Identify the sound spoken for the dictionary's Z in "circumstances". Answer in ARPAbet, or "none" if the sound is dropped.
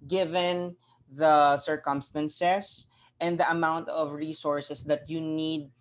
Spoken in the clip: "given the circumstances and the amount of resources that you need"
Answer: S